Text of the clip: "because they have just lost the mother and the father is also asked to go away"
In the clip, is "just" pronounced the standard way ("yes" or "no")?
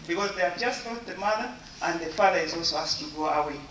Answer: yes